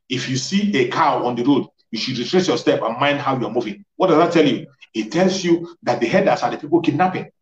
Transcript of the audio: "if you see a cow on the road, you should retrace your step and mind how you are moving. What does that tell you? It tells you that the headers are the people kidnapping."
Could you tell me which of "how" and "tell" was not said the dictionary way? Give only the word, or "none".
none